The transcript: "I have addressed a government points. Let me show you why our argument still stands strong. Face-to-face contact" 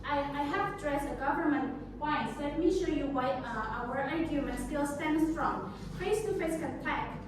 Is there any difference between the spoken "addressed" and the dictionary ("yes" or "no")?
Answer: yes